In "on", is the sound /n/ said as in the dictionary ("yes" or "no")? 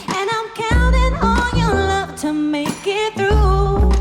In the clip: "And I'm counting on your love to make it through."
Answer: no